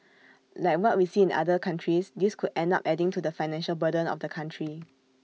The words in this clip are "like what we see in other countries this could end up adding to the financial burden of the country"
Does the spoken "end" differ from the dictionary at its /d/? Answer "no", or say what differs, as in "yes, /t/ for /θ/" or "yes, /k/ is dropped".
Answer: no